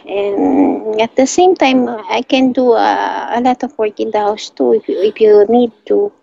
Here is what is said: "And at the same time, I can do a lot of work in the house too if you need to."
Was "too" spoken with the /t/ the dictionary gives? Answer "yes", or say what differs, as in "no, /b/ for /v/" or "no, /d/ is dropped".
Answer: yes